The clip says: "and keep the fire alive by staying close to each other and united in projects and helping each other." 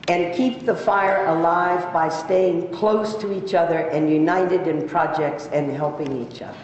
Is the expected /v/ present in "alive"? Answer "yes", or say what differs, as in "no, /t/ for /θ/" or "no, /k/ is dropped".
yes